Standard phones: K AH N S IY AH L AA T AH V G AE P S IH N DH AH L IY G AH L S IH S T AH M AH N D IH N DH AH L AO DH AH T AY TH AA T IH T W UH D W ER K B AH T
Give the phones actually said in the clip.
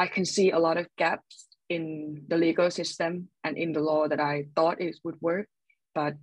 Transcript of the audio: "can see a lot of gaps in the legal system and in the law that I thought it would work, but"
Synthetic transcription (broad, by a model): K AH N S IY AH L AA T AH V G AE P S IH N DH AH L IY G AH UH S IH S T AH M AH N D IH N DH AH L AO DH AH T AY TH AA T IH T W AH D W ER K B AH T